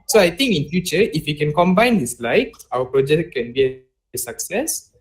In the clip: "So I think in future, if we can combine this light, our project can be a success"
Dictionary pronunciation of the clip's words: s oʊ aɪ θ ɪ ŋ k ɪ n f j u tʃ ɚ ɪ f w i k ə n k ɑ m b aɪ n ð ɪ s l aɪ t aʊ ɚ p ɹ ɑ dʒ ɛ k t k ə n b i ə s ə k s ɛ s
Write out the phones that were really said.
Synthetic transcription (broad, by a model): s oʊ aɪ t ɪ ŋ k ɪ n f j u tʃ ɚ ɪ f w i k ə n k ɑ m b aɪ n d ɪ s l aɪ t aʊ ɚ p ɹ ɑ dʒ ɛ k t k ə n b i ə s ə k s ɛ s